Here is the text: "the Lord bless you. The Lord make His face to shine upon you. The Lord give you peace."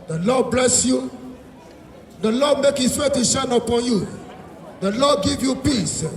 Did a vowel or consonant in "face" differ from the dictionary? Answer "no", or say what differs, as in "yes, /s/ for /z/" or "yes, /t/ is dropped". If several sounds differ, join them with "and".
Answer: yes, /s/ is dropped